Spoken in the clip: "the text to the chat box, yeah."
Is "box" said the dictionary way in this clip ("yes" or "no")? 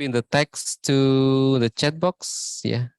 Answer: yes